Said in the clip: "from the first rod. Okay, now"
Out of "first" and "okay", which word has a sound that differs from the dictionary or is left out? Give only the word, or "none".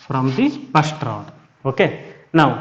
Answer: first